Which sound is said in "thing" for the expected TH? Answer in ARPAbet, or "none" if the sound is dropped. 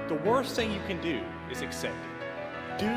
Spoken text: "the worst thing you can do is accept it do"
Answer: TH